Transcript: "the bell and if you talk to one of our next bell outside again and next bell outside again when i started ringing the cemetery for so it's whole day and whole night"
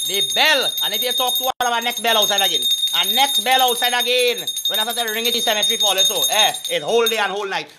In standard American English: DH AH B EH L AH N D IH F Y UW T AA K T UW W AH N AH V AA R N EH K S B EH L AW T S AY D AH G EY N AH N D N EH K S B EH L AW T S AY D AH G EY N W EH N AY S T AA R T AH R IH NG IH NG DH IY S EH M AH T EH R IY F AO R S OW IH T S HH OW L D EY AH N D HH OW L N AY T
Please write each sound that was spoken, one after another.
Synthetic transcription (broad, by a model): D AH B EH L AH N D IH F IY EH T AA K T UW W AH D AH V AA N EH K S B EH L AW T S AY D AH G EY N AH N N EH K S B EH L AW T S AY D AH G EY N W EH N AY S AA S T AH R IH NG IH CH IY S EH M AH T R IY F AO L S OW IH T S HH OW L D EY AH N HH OW L N AY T